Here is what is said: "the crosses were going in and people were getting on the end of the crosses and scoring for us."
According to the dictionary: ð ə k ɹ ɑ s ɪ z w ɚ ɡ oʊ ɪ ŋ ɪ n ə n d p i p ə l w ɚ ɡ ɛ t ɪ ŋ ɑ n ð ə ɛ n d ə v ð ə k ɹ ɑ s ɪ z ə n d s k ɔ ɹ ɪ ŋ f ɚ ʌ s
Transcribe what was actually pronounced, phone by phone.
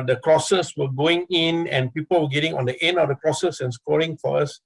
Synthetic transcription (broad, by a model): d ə k ɹ ɑ s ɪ s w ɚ ɡ oʊ ɪ ŋ ɪ n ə n p i p ə l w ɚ ɡ ɛ t ɪ ŋ ɑ n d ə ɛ n ə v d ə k ɹ ɑ s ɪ s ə n s k ɔ ɹ ɪ ŋ f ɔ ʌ s